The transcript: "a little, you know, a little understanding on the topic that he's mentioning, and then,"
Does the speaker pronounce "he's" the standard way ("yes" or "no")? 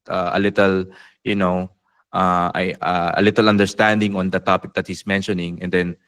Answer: no